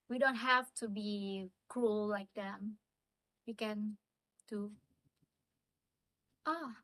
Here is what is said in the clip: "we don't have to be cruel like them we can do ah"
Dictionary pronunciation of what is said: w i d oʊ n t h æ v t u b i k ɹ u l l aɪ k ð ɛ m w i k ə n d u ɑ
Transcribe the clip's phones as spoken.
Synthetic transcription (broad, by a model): w i d oʊ n t h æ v t u b i k ɹ u l l aɪ k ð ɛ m w i k ə n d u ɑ